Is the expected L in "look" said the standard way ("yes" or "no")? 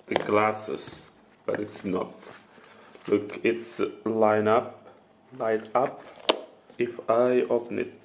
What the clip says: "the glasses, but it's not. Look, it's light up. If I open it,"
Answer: yes